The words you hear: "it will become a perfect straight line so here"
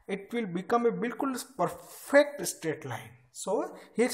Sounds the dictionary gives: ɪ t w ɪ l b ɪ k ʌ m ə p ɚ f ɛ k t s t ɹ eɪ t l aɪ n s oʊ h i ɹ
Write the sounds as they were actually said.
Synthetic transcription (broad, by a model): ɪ t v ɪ l b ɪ k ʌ m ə p ɚ f ɛ k t s t eɪ t l aɪ n s oʊ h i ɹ